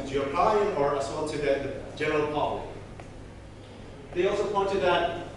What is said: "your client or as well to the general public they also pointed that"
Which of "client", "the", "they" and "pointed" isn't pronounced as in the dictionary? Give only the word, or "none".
client